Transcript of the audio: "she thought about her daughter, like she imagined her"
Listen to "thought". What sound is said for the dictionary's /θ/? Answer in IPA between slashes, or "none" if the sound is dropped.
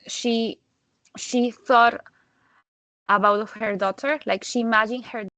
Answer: /θ/